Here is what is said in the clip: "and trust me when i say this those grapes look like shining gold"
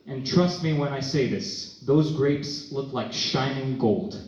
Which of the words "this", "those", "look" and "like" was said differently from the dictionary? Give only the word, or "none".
none